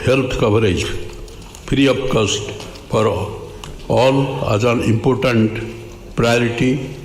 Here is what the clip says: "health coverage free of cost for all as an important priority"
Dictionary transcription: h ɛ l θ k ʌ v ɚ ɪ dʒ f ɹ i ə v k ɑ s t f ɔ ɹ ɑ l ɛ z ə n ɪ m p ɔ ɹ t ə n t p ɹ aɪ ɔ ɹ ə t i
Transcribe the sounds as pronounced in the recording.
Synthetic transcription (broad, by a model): h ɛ l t k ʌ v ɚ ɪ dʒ p ɹ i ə p k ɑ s t p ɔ ɹ ɑ l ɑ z ə n ɪ m p ɔ ɹ t ə n t p ɹ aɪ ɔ ɹ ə t i